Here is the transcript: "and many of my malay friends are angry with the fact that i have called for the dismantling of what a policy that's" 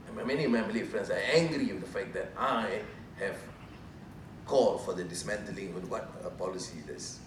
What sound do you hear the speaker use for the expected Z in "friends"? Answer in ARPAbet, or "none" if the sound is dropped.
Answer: S